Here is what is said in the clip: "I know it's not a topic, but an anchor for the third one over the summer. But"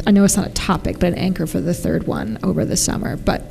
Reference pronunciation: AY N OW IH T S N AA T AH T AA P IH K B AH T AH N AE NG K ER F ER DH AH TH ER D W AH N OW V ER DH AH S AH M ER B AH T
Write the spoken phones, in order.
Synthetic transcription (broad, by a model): AY N OW IH T S N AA T AH T AA P IH K B AH T AH N AE NG K ER F ER DH AH TH ER D W AH N OW V ER DH AH S AH M ER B AH T